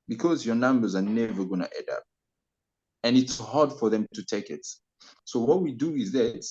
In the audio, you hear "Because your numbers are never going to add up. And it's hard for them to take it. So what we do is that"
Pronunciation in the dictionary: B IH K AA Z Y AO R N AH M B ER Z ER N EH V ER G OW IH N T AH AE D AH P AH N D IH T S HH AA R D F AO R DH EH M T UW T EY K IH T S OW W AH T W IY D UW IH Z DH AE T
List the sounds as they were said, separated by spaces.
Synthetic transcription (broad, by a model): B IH K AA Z Y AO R N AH M B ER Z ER N EH V ER G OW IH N T AH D AH P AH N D IH T S HH AA R D F AO R DH EH M T UW T EY K IH T S OW W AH T W IY D UW IH Z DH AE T